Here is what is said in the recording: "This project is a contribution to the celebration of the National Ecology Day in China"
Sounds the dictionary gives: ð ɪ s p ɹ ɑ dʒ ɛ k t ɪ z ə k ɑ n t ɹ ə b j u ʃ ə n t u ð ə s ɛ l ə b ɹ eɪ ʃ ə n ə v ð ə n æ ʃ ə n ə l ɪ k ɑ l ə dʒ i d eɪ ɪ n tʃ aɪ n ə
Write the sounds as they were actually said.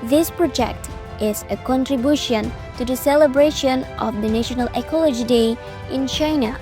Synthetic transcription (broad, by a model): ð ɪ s p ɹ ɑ dʒ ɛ k t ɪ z ə k ɑ n t ɹ ə b j u ʃ ə n t u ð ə s ɛ l ə b ɹ eɪ ʃ ə n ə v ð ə n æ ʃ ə n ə l ɪ k ɑ l ə dʒ i d eɪ ɪ n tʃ aɪ n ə